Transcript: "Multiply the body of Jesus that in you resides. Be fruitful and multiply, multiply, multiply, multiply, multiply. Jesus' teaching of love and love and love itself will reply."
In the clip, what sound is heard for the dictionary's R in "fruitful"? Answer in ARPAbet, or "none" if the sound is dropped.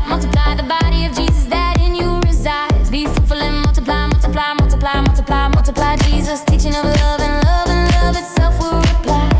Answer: none